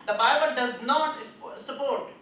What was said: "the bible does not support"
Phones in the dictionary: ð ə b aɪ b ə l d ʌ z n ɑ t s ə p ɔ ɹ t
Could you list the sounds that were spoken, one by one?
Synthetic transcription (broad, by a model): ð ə b aɪ b ə l d ʌ z n ɑ t s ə p ɔ ɹ t